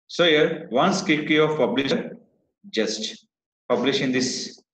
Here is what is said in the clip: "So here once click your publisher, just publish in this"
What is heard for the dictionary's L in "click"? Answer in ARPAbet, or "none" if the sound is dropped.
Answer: none